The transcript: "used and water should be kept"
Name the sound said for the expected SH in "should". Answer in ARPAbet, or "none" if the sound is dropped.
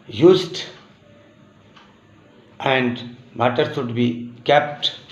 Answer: S